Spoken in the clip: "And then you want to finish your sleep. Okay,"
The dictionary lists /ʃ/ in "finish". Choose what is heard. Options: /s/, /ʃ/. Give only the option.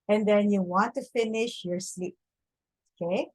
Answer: /ʃ/